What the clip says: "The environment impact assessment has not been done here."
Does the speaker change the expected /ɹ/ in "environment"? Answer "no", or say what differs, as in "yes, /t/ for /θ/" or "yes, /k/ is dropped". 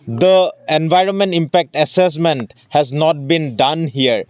no